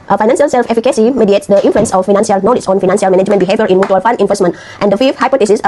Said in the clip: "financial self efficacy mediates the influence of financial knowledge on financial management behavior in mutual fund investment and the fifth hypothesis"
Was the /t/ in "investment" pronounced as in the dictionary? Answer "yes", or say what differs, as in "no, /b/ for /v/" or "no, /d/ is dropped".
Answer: yes